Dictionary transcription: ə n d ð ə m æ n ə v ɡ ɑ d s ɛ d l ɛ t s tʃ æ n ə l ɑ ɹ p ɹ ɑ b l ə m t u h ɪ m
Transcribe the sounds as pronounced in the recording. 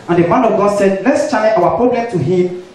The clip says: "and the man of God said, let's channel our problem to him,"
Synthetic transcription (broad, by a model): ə n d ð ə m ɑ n ə v ɡ ɑ d s ɛ d l ɛ t s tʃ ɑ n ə w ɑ p ɹ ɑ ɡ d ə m t u h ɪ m